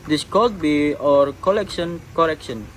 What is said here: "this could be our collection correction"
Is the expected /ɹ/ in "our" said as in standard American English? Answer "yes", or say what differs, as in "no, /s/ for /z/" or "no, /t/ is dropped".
yes